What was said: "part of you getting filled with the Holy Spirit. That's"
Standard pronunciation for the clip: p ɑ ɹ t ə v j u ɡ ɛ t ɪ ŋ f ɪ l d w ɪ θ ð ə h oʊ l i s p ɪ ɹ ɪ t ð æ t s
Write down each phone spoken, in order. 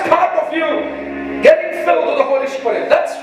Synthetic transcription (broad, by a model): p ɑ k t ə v j u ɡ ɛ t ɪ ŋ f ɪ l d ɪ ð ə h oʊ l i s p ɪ ɪ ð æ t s